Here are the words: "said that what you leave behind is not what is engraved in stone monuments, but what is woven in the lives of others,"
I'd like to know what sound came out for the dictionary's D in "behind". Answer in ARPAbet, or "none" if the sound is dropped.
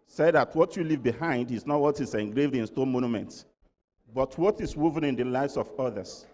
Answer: D